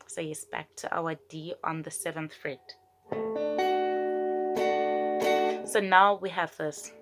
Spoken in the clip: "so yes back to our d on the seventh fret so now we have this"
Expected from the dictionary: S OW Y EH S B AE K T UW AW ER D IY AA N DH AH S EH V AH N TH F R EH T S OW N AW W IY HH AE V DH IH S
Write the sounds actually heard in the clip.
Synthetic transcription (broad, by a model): S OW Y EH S B AE K T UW AW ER D IY AA N DH AH S EH V AH N TH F R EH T S OW N AW W IY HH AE V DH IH S